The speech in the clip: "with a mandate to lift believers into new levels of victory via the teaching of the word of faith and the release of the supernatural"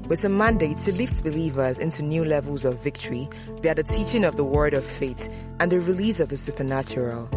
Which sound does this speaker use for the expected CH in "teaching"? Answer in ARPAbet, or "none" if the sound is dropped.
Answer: CH